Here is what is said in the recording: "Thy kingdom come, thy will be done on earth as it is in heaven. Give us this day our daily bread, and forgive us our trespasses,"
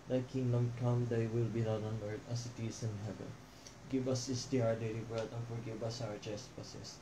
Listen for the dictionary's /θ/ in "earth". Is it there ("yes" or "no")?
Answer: no